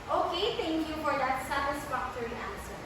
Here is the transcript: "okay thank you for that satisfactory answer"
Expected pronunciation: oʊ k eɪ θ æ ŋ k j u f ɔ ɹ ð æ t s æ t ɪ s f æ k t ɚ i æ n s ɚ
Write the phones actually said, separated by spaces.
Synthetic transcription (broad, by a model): oʊ k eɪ t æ ŋ k j u f ɔ ɹ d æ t s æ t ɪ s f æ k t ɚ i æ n s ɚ